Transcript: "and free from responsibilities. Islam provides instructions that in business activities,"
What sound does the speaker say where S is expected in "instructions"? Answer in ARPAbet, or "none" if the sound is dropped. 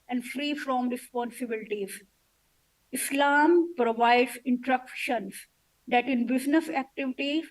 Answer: none